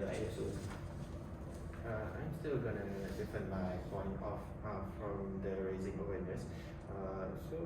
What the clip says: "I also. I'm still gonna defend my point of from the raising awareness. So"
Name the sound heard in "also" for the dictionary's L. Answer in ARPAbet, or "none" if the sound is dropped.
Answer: none